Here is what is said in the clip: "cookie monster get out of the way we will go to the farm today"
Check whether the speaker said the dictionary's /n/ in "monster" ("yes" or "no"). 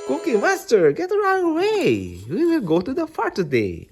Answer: no